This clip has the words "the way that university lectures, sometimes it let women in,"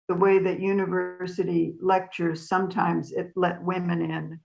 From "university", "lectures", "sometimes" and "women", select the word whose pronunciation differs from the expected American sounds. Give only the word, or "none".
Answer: none